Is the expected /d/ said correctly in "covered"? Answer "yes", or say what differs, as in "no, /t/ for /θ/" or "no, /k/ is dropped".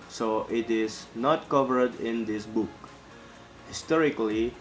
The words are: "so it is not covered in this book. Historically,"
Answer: yes